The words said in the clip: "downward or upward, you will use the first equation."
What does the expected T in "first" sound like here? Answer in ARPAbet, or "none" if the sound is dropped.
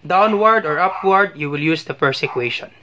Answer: none